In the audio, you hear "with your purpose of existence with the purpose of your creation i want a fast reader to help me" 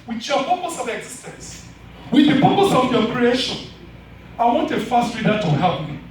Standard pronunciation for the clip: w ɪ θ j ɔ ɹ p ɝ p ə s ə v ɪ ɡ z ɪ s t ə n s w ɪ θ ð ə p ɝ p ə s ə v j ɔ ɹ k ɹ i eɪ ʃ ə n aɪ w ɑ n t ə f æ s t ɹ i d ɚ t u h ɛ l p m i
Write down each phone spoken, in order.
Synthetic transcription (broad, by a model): w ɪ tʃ j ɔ p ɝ p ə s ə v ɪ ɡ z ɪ s t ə n s w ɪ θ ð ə p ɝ p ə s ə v j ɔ k ɹ i eɪ ʃ ə n aɪ w ɑ n t ə f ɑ s t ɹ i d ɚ t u h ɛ p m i